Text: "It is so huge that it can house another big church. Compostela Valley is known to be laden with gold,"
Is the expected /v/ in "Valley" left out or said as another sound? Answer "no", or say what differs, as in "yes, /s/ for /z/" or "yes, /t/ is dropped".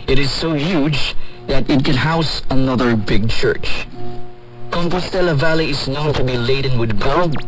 no